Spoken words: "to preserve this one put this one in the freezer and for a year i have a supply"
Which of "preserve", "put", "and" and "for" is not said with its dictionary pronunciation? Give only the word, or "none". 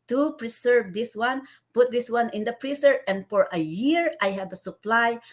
preserve